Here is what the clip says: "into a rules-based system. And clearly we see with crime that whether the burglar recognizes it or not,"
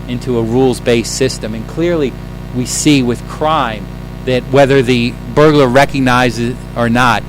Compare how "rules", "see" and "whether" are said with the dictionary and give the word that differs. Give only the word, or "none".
none